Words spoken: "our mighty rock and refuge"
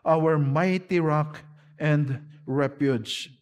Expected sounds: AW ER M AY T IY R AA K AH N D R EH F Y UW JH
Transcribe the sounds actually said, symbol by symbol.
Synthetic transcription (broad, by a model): AW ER M AY T IY R AA K AH N D R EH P Y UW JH